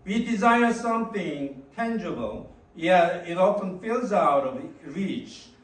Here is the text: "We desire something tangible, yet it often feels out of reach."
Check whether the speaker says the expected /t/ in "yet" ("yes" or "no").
no